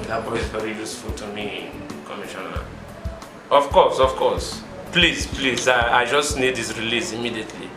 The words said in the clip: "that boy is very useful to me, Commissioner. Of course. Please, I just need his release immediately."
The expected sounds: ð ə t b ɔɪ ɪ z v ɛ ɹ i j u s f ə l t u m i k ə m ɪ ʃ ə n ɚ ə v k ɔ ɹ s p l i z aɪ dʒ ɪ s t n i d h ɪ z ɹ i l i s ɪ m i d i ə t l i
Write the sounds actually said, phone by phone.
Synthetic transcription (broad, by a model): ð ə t b ɔɪ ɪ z v ɛ ɹ i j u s f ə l t u m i k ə m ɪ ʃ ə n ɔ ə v k ɔ l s p l i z aɪ dʒ ɪ s t n i d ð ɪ s ɹ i l i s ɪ m i d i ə t l i